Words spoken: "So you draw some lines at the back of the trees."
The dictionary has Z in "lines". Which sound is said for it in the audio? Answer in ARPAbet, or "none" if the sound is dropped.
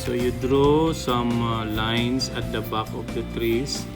S